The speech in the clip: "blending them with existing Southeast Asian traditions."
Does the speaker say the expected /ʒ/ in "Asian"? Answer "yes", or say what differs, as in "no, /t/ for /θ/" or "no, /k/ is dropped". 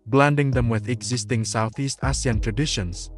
no, /s/ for /ʒ/